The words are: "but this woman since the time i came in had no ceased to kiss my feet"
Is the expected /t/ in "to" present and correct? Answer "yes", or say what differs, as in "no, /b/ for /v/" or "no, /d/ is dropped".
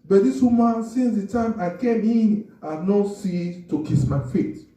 yes